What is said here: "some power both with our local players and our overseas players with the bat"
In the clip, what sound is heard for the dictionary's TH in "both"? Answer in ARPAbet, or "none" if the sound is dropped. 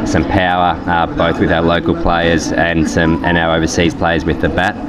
TH